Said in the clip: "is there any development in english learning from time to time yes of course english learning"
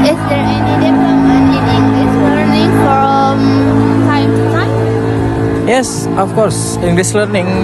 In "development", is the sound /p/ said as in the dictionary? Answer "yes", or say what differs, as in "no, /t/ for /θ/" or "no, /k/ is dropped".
no, /p/ is dropped